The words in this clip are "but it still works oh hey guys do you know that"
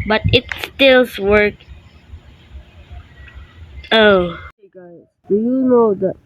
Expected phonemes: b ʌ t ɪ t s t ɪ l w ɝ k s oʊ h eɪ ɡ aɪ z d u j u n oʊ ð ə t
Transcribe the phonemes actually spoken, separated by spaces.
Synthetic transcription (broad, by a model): b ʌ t ɪ t s t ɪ l w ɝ k oʊ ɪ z d u j u n oʊ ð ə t